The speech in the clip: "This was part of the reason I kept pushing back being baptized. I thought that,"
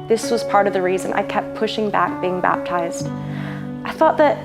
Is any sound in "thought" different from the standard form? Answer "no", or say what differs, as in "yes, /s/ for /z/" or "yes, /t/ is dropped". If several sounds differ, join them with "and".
no